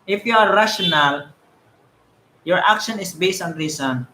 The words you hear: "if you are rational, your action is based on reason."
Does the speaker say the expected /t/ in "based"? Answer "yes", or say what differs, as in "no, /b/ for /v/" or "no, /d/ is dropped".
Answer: yes